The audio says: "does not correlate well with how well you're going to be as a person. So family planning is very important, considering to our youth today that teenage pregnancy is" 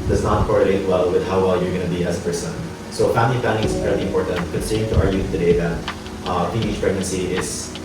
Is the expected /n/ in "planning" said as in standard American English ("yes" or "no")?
no